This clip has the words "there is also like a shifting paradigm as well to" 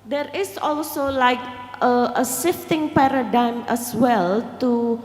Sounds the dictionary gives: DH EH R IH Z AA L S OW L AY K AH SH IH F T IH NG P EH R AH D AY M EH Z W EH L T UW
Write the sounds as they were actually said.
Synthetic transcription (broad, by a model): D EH R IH S AA L S OW L AY K AH S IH F T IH NG P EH R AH D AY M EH S W EH L T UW